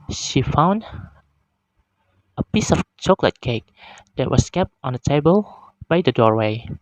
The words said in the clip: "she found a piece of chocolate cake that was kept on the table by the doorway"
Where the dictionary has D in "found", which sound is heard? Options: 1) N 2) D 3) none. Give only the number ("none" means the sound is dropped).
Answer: 2